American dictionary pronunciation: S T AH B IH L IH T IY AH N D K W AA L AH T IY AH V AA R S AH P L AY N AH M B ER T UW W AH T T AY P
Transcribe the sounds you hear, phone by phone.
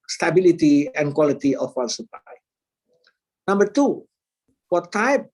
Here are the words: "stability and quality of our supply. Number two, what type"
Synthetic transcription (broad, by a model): S T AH B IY L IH T IY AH N K W AA L AH T IY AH W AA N S AH P L AY N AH M B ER T UW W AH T T AY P